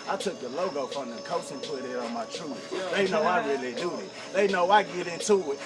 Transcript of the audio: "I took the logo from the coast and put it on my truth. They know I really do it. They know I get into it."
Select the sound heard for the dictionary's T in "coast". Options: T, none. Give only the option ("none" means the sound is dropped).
none